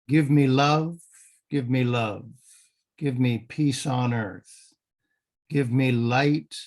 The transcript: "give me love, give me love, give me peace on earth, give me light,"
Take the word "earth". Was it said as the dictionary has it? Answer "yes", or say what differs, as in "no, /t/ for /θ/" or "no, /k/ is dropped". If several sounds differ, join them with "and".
yes